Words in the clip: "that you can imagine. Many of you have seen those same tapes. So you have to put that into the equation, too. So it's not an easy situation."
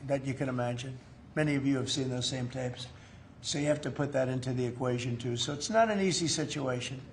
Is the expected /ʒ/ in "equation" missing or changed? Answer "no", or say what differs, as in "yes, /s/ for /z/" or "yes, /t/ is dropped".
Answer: no